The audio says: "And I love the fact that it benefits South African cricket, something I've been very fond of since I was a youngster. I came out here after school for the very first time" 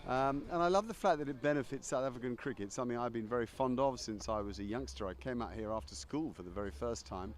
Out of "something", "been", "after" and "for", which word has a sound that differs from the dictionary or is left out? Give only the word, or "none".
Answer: none